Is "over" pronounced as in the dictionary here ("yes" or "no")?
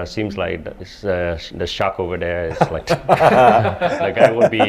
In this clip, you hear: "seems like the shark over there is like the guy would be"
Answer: yes